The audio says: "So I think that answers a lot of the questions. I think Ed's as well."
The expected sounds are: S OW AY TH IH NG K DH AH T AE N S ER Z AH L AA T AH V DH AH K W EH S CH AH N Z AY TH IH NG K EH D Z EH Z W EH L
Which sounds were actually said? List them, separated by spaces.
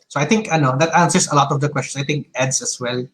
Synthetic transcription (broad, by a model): S OW AY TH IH NG K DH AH T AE N S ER S AH L AA T AH V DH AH K W EH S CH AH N S AY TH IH NG K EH D S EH S W EH L